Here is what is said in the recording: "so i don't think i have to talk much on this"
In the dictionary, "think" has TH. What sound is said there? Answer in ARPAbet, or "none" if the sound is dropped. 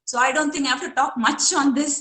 T